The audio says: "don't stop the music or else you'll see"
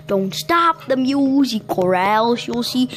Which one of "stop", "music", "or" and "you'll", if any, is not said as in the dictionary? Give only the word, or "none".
none